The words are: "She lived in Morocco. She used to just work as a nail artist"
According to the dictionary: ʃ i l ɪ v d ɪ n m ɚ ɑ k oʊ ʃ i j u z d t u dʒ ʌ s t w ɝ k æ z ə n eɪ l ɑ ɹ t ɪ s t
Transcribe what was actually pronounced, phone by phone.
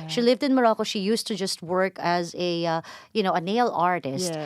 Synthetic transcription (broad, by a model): ʃ i l ɪ v d ɪ n m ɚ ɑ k oʊ ʃ i j u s t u dʒ ʌ s t w ɝ k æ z ə n eɪ l ɑ ɹ t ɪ s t